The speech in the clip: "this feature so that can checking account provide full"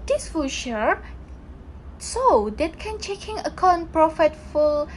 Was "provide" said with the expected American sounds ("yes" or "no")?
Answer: no